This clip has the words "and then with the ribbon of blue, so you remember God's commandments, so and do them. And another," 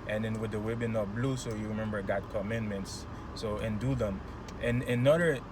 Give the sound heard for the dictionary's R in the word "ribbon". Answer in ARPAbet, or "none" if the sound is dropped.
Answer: W